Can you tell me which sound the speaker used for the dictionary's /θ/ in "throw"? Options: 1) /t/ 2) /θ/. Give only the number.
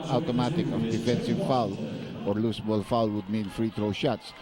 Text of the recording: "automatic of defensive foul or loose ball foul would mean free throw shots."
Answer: 1